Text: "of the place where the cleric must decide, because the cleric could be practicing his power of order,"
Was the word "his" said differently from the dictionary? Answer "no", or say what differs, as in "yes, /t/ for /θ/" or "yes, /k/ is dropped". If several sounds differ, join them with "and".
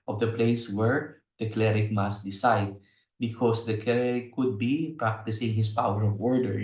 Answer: yes, /s/ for /z/